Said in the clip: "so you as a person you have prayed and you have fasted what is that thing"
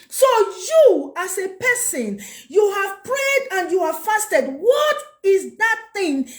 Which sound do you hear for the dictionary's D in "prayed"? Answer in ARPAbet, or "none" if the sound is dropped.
D